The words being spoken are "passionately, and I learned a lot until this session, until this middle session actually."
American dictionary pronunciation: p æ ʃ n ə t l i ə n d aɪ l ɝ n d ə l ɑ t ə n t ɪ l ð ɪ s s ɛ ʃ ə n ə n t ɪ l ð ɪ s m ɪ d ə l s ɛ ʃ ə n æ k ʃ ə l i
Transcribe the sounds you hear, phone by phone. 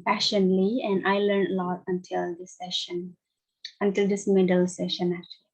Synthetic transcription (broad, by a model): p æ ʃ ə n l i ə n d aɪ l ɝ n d ə l ɑ t ə n t ɪ l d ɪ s s ɛ ʃ ə n ə n t ɪ l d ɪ s m ɪ d ə l s ɛ ʃ ə n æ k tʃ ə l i